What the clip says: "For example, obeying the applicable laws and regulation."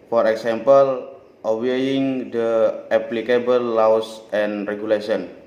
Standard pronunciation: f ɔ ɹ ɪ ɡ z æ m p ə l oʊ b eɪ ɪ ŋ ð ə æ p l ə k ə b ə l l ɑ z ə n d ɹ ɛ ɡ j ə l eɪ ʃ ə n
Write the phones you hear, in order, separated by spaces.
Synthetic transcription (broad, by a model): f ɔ ɹ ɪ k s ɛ m p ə l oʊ eɪ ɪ ŋ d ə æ p l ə k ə b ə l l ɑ s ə n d ɹ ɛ ɡ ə l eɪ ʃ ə n